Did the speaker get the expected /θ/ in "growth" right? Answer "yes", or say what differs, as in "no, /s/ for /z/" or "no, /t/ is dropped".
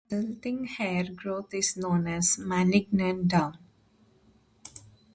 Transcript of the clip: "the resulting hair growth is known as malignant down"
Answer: no, /t/ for /θ/